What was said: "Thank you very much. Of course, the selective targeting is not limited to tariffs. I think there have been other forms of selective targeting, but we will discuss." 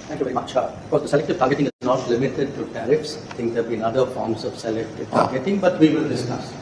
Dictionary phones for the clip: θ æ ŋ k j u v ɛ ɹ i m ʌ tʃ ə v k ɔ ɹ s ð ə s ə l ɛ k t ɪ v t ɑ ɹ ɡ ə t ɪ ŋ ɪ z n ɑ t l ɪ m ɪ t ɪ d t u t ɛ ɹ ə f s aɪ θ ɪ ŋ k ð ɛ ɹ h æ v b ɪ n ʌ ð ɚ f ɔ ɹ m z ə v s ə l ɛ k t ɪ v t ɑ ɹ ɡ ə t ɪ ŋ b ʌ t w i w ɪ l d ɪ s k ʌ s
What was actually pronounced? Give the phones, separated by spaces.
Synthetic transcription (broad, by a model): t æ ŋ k j u v ɛ ɹ i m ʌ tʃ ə b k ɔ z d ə s ə l ɛ k t ɪ v t ɑ ɹ ɡ ə t ɪ ŋ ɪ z n ɑ t l ɪ m ɪ t ɪ d t u t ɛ ɹ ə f s aɪ t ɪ ŋ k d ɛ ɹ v b ɪ n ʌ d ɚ f ɔ ɹ m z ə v s ə l ɛ k t ɪ v t ɑ ɹ ɡ ə t ɪ ŋ b ʌ t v i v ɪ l d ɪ s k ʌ s